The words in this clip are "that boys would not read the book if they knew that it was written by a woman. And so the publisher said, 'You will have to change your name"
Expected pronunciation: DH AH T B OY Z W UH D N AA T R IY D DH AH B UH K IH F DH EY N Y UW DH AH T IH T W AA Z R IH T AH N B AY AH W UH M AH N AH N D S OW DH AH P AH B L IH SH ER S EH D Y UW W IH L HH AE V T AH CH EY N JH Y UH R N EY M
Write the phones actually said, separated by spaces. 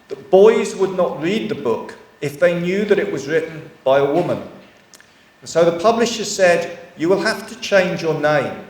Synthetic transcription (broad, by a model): DH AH T B OY Z W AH D N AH T R IY D DH AH B UH K IH F DH EY N Y UW DH AH T IH T W AA Z R IH T N B AY AH W UH M AH N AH N S OW DH AH P AH B L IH SH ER S EH D Y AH W IH L HH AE F T AH CH EY N JH Y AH R N EY M